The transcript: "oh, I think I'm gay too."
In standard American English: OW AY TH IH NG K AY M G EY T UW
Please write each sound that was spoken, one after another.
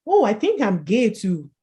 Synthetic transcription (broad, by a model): OW AY TH IH NG K AY M G EY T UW